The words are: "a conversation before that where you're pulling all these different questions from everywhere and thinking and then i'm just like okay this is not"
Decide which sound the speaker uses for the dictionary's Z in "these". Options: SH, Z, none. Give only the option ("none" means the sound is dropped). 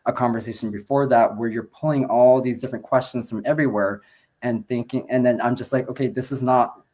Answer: Z